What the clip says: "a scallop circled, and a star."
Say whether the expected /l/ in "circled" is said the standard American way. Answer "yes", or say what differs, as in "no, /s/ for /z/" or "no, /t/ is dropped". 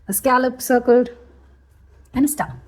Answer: no, /l/ is dropped